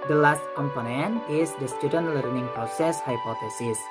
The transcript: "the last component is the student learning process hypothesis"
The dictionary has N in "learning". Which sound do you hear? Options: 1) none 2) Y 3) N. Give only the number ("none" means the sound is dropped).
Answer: 3